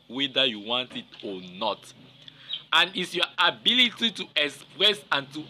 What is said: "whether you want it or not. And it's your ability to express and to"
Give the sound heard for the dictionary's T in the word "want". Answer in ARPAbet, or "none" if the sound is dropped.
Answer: T